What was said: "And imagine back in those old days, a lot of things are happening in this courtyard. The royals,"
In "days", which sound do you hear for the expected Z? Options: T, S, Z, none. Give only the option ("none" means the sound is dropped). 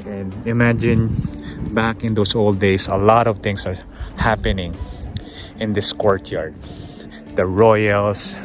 S